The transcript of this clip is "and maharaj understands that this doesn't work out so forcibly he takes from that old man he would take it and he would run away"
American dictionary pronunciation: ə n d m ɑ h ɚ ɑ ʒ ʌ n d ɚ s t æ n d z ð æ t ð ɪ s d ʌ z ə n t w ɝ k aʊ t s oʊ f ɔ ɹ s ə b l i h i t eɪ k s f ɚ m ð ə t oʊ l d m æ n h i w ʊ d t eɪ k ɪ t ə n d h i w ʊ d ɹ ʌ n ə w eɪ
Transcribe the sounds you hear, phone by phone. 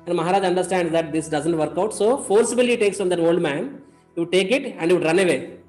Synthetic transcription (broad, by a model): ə n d m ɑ h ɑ ɑ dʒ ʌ n d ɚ s t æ n d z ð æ t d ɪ s d ʌ z ə n t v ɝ k aʊ t s oʊ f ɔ ɹ s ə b i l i t eɪ k s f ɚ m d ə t oʊ l d m æ n h i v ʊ d t eɪ k ɪ t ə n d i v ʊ d ɹ ʌ n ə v eɪ